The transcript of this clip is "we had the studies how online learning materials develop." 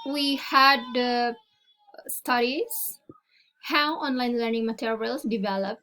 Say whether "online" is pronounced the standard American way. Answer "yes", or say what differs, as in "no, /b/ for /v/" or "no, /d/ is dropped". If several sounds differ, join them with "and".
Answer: yes